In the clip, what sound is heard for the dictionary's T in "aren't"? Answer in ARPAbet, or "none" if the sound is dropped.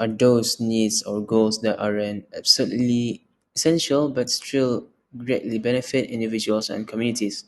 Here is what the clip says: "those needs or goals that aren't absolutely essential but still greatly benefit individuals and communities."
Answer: none